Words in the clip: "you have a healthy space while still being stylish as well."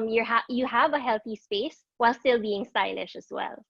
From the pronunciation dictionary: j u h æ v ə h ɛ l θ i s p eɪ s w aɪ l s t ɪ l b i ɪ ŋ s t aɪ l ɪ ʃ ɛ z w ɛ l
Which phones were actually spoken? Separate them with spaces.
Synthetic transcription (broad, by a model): j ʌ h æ v ə h ɛ l θ i s p eɪ s w aɪ l s t ɪ l b i ɪ ŋ s t aɪ l ɪ ʃ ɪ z w ɛ l